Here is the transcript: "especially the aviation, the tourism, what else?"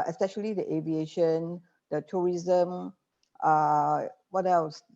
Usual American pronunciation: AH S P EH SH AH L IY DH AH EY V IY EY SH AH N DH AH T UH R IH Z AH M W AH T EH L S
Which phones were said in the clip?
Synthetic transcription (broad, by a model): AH S P EH SH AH L IY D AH EY V IY EY SH AH N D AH T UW R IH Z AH M W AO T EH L S